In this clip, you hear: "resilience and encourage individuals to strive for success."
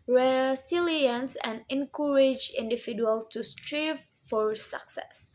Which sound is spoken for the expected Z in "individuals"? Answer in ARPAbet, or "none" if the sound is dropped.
none